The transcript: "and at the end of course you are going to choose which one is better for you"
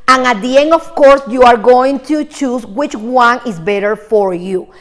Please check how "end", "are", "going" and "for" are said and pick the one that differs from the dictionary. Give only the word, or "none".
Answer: end